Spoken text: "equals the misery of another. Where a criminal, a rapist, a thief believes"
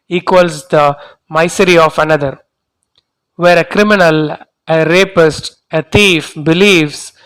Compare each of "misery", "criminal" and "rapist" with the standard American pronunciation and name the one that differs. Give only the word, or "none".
misery